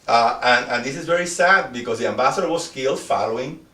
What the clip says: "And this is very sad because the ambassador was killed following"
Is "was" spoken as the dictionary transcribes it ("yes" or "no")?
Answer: no